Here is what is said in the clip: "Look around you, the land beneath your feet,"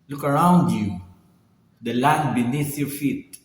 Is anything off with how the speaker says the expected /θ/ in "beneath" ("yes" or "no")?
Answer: yes